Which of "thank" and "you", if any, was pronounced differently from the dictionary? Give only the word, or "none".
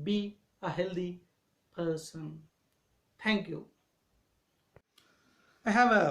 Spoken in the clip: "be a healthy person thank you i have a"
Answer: thank